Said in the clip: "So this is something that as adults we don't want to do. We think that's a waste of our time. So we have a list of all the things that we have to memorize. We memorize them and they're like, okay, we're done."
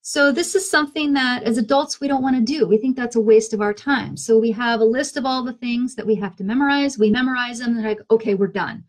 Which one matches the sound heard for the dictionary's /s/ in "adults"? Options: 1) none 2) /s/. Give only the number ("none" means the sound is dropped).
2